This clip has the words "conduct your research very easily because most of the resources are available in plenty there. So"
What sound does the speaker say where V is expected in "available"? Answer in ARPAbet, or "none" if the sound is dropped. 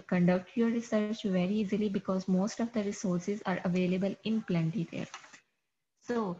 V